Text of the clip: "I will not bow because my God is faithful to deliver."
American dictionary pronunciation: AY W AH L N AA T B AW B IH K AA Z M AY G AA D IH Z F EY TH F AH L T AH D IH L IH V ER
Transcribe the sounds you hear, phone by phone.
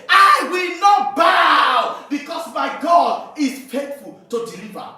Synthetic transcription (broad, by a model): AY W AH L N AA T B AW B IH K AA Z M AY G AA D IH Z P EY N F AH L T AH D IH L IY V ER